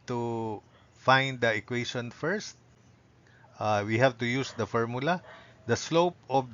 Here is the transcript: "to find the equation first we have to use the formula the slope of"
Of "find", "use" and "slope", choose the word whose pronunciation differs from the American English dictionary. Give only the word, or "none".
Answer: none